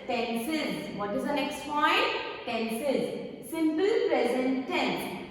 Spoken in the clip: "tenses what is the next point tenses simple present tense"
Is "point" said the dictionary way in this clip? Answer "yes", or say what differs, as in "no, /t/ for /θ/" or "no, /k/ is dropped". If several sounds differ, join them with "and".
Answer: no, /f/ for /p/